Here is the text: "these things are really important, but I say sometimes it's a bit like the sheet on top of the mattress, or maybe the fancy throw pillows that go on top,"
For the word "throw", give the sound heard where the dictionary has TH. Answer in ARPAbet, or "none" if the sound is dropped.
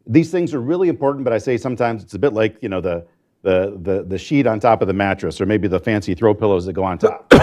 TH